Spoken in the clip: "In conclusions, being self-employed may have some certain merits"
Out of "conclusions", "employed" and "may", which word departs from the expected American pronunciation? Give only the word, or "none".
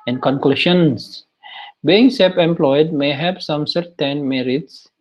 conclusions